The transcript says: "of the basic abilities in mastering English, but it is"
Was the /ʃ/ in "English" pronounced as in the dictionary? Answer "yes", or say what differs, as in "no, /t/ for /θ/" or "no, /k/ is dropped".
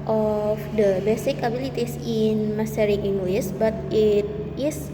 no, /s/ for /ʃ/